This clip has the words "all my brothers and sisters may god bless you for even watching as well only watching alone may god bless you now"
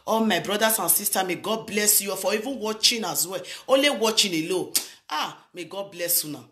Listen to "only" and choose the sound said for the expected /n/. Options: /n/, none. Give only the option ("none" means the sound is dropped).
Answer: none